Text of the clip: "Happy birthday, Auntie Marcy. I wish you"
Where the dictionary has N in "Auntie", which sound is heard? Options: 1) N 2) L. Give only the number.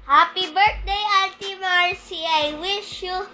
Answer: 2